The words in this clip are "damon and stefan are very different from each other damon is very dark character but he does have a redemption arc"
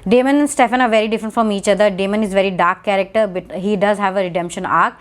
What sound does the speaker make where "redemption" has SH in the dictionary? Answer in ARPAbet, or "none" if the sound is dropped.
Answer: SH